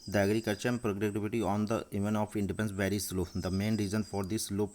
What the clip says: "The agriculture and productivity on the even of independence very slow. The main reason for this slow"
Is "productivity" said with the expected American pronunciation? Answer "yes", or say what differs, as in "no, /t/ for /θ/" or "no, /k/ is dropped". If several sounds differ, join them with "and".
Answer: no, /k/ is dropped